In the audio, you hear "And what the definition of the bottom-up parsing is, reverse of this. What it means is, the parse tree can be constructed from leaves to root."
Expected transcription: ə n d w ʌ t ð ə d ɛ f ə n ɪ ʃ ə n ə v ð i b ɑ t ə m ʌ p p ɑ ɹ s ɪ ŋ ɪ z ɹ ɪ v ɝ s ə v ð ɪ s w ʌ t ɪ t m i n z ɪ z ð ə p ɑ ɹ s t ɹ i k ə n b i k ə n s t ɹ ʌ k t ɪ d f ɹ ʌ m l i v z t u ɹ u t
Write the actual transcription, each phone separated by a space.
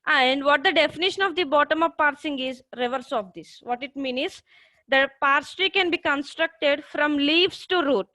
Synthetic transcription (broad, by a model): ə n d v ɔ t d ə d ɛ f ə n ɪ ʃ ə n ə v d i b ɑ t ə m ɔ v p ɑ ɹ s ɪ ŋ ɪ z ɹ ɪ v ɝ s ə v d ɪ s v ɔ t ɪ t m i n ɪ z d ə p ɑ ɹ s t ɹ i k ə n b i k ə n s t ɹ ʌ k t ɪ d f ɹ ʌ m l i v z t u ɹ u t